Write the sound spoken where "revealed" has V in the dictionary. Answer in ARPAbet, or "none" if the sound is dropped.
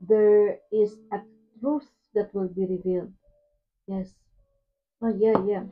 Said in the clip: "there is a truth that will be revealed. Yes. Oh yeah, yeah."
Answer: V